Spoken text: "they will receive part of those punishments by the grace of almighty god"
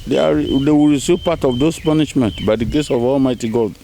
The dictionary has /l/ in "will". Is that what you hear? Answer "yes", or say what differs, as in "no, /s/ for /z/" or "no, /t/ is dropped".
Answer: no, /w/ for /l/